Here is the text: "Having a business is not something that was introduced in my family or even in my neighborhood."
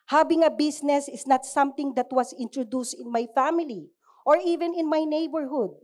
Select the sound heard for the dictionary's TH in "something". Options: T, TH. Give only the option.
T